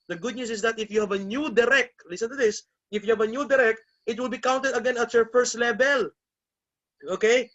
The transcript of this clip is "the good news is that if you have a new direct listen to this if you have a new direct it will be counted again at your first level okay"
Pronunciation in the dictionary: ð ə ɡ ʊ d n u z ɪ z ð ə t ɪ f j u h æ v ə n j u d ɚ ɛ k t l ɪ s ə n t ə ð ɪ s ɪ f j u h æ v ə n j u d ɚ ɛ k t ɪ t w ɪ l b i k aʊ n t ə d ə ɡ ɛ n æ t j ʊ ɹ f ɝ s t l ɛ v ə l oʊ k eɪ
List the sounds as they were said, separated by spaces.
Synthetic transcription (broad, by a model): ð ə ɡ ʊ d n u s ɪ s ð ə t ɪ f j u h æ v ə n j u d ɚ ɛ k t l ɪ s ə n t ə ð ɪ s ɪ f j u h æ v ə n j u d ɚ ɛ k t ɪ t w ɪ l b i k aʊ n t ə d ə ɡ ɛ n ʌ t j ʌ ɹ f ɝ s t l ɛ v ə l oʊ k eɪ